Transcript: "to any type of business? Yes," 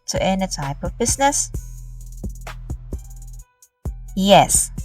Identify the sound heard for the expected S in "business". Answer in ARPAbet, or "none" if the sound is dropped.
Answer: S